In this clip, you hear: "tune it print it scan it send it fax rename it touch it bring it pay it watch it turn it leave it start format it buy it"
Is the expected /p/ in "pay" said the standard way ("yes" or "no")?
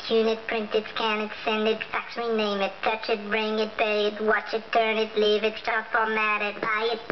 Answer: no